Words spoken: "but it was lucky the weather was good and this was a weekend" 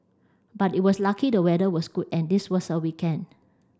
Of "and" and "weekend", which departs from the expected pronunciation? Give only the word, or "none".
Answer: weekend